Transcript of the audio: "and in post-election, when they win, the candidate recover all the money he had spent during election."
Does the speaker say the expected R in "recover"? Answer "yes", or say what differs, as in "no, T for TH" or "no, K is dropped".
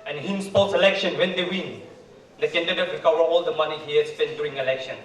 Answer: no, W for R